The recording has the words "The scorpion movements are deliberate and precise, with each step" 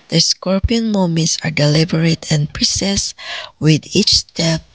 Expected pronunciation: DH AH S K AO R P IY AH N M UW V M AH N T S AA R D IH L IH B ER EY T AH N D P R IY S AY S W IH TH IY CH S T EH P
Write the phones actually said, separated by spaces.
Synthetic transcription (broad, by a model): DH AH S K AO R P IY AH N M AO M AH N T S AA R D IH L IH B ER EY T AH N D P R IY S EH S W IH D IY CH S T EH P